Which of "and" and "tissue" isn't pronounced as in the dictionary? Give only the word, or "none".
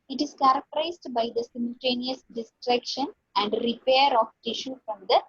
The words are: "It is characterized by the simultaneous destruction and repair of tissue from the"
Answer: none